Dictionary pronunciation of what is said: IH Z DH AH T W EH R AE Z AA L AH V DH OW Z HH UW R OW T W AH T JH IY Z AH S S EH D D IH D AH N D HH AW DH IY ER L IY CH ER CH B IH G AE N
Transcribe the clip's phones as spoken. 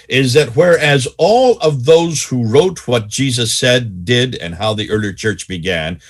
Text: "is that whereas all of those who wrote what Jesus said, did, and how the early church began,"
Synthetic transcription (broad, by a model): IH Z DH AH T W EH R AE Z AA L AH V DH OW Z HH UW R OW T W AH T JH IY Z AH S S EH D D IH D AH N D HH AW DH IY ER L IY CH ER CH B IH G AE N